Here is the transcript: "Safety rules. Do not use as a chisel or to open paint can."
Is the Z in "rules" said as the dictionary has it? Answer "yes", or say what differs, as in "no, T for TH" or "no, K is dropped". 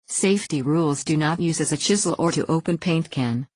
yes